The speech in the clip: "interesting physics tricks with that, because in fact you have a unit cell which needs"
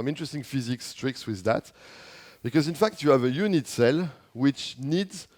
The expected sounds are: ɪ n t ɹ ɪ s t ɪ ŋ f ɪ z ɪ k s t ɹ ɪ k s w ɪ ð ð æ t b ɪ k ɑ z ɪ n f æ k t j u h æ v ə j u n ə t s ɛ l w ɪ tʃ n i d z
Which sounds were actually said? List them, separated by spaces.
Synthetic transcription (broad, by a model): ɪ n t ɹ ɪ s t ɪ ŋ f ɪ z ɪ k s t ɹ ɪ k s w ɪ ð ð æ t b ɪ k ɑ z ɪ n f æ k t j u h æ v ə j u n ə t s ɛ l w ɪ tʃ n i d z